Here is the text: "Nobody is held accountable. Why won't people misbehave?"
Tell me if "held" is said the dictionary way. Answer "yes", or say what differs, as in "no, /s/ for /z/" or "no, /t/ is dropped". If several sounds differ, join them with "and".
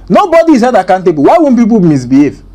no, /l/ is dropped